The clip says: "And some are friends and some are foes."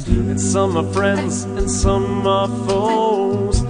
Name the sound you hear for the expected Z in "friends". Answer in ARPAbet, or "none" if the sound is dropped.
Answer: Z